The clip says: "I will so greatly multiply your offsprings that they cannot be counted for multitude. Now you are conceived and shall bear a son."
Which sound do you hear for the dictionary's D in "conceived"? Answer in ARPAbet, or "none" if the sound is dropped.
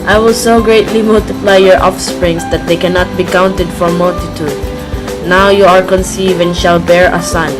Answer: none